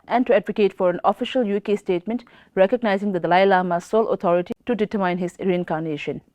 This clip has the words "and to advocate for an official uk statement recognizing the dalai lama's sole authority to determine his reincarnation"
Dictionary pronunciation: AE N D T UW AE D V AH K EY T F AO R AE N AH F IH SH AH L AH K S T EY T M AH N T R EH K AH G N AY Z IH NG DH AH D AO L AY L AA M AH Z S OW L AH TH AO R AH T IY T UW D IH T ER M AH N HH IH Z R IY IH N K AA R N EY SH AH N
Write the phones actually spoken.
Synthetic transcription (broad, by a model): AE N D T UW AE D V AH K EY T F AO R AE N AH F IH SH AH L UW K S T EY T M AH N T R EH K AH G N AY Z IH NG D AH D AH L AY L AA M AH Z S OW L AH T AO R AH T IY T UW D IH T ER M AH N HH IH Z R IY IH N K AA R N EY SH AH N